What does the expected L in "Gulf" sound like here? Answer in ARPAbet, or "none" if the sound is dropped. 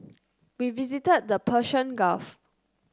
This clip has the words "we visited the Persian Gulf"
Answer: none